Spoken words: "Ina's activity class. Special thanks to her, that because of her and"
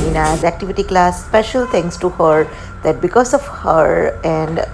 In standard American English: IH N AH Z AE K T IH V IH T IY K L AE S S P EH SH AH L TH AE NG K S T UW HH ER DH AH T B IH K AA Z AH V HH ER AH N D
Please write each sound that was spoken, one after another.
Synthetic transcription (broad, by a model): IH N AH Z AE K T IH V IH T IY K L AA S S P EH SH AH L T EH NG K S T UW HH ER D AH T B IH K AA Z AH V HH ER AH N D